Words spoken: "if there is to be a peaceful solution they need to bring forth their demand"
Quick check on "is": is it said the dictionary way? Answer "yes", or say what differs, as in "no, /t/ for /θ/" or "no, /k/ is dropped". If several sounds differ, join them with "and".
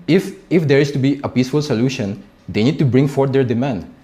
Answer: no, /s/ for /z/